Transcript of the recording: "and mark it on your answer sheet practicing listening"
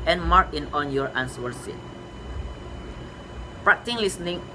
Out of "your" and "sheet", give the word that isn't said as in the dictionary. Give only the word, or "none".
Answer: sheet